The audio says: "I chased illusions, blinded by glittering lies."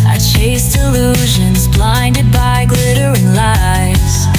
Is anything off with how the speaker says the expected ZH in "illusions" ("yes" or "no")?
no